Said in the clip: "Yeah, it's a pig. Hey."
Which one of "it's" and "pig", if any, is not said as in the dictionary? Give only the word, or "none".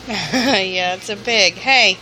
pig